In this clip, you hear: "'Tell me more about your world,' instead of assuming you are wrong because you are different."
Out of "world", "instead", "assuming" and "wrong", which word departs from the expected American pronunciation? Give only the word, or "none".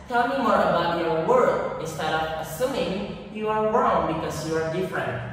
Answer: world